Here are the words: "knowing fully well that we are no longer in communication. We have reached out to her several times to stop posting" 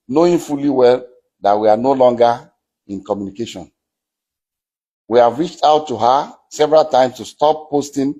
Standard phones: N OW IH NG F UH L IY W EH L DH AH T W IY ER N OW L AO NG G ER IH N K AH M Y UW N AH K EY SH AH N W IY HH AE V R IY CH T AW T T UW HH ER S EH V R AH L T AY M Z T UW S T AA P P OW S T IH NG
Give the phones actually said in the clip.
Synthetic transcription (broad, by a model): N OW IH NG F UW L IY W EH L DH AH T W IY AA N OW L AO NG G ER IH N K AH M Y UW N AH K EY SH AH N W IY HH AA V R IY CH T AW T T UW HH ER S EH V R AH L T AY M S T UW S T AA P P OW S T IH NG